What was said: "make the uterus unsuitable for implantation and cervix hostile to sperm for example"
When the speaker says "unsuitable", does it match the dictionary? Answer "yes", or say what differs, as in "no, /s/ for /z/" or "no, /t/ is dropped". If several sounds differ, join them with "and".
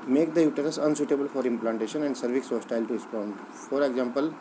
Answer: yes